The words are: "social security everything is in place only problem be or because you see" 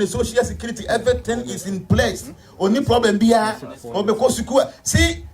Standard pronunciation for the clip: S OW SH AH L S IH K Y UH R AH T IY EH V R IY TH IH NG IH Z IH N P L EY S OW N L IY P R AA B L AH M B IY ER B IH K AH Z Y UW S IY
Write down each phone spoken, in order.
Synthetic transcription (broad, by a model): S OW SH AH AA S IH K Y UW R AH T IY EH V R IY T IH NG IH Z IH N P L EY S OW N IY P R AA B L AH M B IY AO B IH K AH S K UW S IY